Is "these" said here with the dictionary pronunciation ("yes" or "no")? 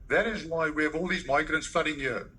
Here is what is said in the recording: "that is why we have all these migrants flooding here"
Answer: yes